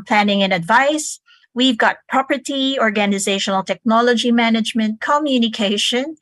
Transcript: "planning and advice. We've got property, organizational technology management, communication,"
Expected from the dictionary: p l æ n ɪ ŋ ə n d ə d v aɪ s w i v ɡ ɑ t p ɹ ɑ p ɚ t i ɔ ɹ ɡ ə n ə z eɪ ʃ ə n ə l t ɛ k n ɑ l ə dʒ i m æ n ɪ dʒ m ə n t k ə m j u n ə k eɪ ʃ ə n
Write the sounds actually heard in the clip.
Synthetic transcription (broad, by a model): p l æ n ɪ ŋ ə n ə d v aɪ s w i v ɡ ɑ t p ɹ ɑ p ɚ t i ɔ ɹ ɡ ə n ə z eɪ ʃ ə n ə l t ɛ k n ɑ l ə dʒ i m æ n ɪ dʒ m ə n t k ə m j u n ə k eɪ ʃ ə n